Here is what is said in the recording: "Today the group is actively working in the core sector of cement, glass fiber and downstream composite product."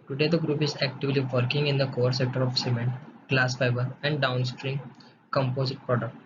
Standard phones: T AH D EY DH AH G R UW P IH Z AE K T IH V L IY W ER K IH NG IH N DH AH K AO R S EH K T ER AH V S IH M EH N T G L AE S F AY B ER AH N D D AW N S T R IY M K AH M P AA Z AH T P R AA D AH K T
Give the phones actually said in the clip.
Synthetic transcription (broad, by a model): T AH D EY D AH G R UW P IH Z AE K T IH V L IY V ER K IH NG IH N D AH K AO R S EH K T ER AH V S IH M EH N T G L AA S F AY B ER AH N D D AW N S T R IY M K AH M P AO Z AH T P R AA D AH K T